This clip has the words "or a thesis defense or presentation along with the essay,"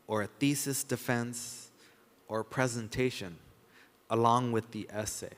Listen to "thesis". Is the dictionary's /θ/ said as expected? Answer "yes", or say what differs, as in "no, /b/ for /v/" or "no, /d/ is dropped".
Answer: yes